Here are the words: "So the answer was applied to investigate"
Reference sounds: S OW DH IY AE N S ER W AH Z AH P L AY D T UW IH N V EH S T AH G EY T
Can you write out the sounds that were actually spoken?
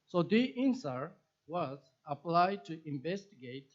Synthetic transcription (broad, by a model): S OW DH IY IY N S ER W AH Z AH P L AY D T UW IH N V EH S T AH G EY T